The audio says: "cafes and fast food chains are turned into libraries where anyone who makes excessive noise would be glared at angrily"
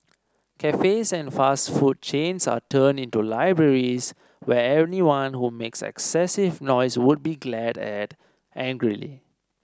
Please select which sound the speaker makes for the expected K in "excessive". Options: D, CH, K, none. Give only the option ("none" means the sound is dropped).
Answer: K